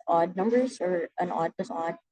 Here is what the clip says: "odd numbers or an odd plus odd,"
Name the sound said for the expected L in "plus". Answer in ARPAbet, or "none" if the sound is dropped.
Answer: none